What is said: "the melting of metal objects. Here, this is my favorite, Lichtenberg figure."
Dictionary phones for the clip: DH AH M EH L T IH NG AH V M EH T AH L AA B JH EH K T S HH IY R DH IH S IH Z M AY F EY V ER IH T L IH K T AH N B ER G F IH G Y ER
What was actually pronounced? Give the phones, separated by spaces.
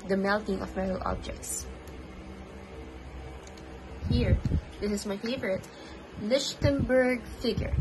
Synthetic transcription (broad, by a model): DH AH M EH L T IH NG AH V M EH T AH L AA B JH EH K T S HH IY R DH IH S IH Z M AY F EY V ER IH T L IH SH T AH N B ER G F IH G Y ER